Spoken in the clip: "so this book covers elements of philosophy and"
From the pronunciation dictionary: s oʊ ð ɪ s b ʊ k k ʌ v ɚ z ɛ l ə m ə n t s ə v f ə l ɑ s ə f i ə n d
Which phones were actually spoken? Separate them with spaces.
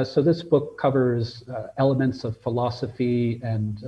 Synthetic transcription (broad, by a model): s oʊ ð ɪ s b ʊ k k ʌ v ɚ z ɛ l ə m ə n t s ə v f ə l ɑ s ə f i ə n